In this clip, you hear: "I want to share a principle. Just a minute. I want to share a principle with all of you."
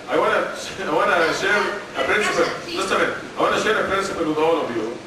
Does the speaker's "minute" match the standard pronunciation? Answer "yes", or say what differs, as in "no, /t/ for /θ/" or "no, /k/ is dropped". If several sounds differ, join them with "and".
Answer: no, /t/ is dropped